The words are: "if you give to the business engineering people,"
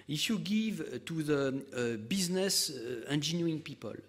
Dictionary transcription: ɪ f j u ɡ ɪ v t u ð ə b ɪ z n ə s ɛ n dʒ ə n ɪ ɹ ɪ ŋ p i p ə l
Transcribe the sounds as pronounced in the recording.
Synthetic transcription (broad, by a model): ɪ f j u ɡ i v t u ð ə b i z n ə s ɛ n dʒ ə n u ɪ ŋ p i p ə l